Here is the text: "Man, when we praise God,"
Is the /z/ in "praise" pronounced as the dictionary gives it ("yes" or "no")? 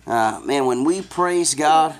yes